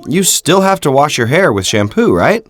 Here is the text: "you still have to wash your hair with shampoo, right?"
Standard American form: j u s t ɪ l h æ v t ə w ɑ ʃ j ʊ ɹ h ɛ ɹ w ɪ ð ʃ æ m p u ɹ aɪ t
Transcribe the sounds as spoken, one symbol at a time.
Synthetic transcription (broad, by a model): j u s t ɪ l h æ f t ə w ɑ ʃ j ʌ ɹ h ɛ ɹ w ɪ ð ʃ æ m p u ɹ aɪ t